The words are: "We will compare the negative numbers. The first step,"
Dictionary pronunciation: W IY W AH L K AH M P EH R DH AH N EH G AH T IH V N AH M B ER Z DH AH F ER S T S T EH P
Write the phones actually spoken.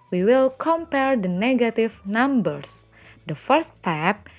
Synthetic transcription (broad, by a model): W IY W AH L K AH M P EH R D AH N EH G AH T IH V N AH M B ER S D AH F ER T S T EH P